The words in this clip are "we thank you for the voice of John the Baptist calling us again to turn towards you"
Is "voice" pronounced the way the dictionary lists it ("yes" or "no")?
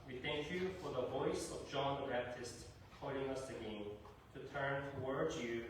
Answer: yes